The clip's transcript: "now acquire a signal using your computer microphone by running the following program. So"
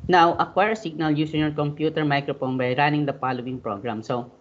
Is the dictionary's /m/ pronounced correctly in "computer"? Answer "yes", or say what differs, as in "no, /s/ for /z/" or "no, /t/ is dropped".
yes